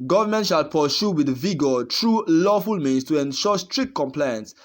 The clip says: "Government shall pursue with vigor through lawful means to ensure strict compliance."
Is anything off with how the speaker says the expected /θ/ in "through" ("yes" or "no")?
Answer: yes